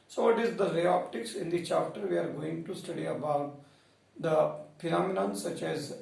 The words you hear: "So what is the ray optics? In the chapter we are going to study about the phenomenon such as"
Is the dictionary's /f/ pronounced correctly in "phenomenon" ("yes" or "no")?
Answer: no